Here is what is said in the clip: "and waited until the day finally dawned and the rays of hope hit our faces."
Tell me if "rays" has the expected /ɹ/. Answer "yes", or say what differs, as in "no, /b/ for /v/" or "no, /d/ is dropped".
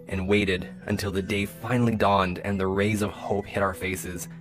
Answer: yes